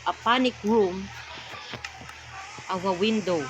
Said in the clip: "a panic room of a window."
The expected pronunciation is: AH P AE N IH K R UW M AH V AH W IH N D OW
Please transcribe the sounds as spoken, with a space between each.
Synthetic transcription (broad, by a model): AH P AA N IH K R UW M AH W AH W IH N D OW